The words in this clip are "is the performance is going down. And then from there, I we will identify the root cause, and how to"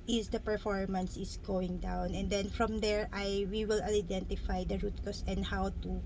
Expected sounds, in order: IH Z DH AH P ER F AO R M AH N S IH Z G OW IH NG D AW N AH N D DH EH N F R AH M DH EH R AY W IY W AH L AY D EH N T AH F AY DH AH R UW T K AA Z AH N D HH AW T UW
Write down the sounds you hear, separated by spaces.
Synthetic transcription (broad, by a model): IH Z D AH P ER F AO R M AH N S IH S G OW IH NG D AW N AH N D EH N F R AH M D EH R AY W IY W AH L AY D EH N T AH F AY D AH R UW T K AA S AH N D HH AW T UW